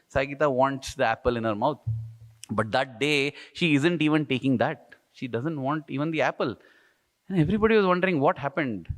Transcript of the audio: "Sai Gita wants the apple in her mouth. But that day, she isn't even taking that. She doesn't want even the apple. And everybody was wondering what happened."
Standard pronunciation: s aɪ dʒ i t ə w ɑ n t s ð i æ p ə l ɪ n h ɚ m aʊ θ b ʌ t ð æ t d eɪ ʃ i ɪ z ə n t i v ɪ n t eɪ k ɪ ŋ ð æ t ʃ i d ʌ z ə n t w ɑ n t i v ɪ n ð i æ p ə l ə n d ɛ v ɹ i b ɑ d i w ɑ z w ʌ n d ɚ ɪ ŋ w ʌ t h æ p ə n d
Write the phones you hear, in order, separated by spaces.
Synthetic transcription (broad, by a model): s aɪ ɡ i t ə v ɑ n t s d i æ p ə l ɪ n h ɚ m aʊ t b ʌ t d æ t d eɪ ʃ i ɪ z ə n t i v ɪ n t eɪ k ɪ ŋ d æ t ʃ i d ʌ z ə n t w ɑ n t i v ɪ n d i æ p ə l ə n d ɛ v ɹ i b ɑ d i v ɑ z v ʌ n d ɚ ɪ ŋ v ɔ t h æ p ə n d